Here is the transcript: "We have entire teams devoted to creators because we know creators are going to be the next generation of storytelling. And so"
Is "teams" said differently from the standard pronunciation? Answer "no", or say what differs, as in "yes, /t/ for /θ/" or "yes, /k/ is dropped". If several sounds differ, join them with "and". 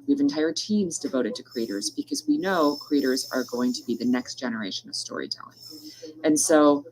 no